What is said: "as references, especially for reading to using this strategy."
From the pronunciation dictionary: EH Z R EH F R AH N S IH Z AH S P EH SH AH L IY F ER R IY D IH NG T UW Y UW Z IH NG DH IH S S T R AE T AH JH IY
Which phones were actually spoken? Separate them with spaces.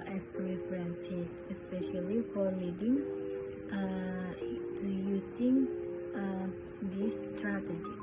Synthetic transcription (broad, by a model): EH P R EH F R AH N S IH S AH S P EH SH AH L IY F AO L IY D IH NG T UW Y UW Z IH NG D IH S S T R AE T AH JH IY